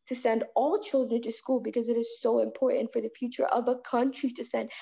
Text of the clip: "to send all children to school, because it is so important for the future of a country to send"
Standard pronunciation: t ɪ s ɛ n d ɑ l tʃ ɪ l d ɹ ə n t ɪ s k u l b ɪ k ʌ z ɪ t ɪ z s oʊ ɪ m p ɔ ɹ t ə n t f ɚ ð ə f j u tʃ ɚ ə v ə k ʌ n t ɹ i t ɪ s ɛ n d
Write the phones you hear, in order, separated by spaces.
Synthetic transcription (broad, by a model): t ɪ s ɛ n d ɑ l tʃ ɪ l d ɹ ə n t ɪ s k u l b ɪ k ʌ z ɪ t ɪ z s oʊ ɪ m p ɔ ɹ t n t f ɚ ð ə f j u tʃ ɚ ə v ə k ʌ n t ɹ i t ɪ s ɛ n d